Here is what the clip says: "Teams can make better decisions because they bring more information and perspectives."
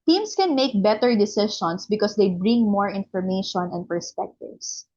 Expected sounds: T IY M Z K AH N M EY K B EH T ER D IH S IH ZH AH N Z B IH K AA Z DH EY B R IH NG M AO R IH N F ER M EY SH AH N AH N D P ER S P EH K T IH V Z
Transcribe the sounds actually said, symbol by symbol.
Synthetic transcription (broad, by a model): T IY M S K AH N M EY K B EH T ER D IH S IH SH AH N S B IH K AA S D EY B R IH NG M AO R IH N F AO M EY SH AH N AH N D P ER S P EH K T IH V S